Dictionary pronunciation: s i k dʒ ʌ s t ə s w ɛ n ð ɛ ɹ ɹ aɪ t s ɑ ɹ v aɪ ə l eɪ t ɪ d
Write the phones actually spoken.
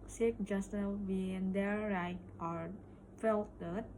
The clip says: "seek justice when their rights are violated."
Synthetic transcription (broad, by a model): s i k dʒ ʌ s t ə w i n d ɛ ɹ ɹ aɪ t ɑ ɹ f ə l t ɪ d